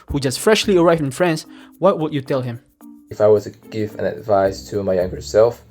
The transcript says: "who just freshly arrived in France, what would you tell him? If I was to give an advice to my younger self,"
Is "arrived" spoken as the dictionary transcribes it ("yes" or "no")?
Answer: no